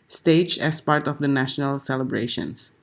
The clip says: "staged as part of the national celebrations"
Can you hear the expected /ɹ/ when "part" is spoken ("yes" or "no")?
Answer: yes